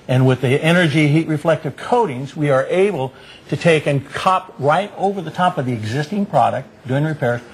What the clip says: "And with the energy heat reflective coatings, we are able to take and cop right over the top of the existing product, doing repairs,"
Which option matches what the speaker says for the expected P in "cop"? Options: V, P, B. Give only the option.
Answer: P